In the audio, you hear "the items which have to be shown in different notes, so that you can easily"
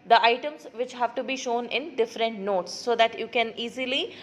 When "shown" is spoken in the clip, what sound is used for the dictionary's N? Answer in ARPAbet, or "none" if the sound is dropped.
N